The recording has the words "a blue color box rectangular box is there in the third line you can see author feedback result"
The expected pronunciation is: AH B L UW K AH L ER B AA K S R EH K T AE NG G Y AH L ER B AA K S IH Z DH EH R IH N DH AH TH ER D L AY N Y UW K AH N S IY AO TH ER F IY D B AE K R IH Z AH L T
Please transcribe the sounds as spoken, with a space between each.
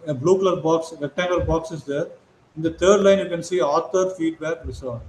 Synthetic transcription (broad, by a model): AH B L UW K L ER B AA K S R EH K T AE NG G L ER B AA K S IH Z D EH R IH N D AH T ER D L AY N Y UW K AH N S IY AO T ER F IY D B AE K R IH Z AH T